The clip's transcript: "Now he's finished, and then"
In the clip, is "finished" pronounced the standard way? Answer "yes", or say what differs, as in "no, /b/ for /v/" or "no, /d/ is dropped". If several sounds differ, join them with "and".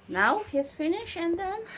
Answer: no, /t/ is dropped